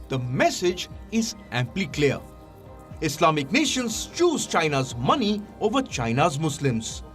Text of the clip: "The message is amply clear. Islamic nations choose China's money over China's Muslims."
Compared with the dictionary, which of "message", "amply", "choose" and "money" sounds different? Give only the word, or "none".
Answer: none